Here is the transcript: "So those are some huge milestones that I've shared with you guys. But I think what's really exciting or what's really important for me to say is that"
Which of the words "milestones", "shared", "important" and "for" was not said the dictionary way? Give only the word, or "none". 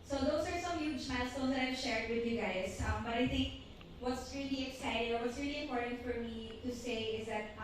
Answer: milestones